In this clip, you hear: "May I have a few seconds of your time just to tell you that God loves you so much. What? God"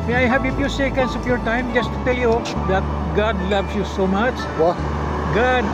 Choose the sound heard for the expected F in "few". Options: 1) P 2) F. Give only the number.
1